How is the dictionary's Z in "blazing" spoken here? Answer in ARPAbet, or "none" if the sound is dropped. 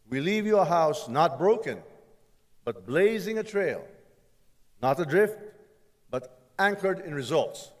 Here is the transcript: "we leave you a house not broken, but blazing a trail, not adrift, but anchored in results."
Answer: Z